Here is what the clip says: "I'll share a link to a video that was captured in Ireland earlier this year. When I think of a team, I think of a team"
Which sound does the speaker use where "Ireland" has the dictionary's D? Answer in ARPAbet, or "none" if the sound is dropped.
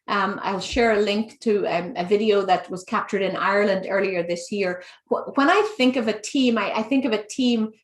D